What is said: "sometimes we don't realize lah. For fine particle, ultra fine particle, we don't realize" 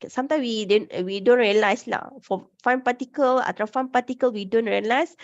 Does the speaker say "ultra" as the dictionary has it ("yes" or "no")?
no